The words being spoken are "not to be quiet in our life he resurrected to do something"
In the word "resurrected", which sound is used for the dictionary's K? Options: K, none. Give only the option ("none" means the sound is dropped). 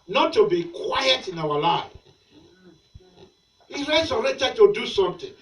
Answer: none